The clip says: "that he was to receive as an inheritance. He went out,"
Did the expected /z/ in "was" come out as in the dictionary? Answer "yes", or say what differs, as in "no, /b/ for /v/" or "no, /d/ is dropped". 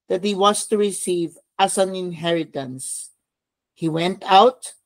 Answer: no, /s/ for /z/